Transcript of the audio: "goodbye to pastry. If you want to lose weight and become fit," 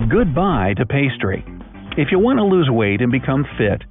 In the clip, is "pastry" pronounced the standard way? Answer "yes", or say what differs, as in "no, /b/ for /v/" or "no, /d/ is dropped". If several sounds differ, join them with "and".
yes